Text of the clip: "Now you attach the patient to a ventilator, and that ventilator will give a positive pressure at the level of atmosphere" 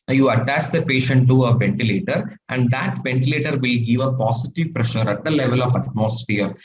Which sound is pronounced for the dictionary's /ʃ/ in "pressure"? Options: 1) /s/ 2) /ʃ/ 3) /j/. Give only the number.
2